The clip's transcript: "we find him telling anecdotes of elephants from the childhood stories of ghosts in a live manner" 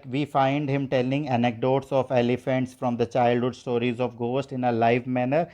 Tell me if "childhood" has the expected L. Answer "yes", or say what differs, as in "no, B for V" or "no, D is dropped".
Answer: yes